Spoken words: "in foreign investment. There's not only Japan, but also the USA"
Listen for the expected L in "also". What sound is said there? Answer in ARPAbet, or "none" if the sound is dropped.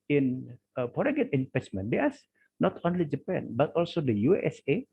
L